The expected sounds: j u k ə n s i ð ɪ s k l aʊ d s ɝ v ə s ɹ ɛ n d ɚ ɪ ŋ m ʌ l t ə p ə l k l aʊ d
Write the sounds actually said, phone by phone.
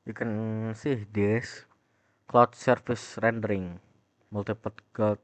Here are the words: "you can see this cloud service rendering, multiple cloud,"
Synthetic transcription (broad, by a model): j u k ə n s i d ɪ s k l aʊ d s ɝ f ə s ɹ ɛ n d ɚ ɪ ŋ m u l t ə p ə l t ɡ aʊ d